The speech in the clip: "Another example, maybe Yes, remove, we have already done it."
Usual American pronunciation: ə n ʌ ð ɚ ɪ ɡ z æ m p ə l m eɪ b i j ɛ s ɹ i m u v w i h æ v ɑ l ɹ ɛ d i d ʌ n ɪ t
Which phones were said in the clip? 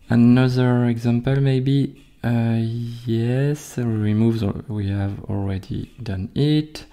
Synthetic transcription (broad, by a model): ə n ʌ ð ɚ ɪ ɡ z æ m p ə l m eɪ b i j ɛ s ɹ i m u v w i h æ v ɑ l ɹ ɛ d i d ʌ n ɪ t